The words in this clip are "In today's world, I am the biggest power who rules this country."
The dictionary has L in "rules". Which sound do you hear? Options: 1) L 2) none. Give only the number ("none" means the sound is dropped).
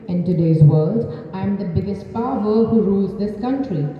1